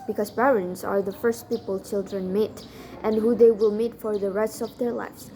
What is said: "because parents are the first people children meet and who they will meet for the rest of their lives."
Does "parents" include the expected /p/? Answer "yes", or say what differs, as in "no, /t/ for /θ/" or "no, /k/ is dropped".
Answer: no, /b/ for /p/